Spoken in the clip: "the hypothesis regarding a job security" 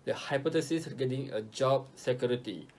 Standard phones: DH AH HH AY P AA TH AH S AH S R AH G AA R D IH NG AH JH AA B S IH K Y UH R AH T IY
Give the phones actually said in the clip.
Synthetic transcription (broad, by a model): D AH HH AY P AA T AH S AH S G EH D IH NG AH JH AA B S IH K Y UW R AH T IY